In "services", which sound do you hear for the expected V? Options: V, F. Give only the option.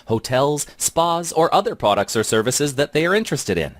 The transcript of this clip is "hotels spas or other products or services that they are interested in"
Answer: V